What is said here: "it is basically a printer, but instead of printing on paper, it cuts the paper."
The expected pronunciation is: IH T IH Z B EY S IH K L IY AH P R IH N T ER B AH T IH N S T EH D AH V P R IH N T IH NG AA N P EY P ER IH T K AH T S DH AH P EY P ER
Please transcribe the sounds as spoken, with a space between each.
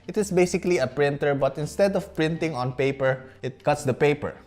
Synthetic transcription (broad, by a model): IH T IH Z B EY S IH K L IY AH P R IH N T ER B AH T IH N S T EH D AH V P R IH N T IH NG AA N P EY P ER IH T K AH T S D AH P EY P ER